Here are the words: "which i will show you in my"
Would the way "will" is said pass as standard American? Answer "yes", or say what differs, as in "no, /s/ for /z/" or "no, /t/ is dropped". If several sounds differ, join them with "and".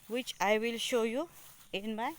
yes